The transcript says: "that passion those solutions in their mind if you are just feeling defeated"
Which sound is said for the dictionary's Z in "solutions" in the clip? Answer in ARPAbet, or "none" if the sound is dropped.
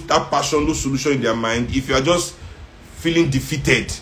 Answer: none